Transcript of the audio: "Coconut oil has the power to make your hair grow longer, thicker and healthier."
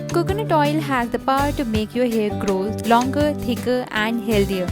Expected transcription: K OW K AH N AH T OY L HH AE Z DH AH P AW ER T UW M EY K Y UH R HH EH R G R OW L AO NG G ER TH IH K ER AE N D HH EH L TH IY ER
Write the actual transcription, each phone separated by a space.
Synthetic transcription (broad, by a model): K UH K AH N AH T OY L HH AE Z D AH P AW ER T UW M EY K Y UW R HH EH R G R OW L AO NG G ER T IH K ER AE N D HH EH L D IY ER